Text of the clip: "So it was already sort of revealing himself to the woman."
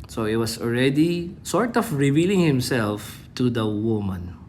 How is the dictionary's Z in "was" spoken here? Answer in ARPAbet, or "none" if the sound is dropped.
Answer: S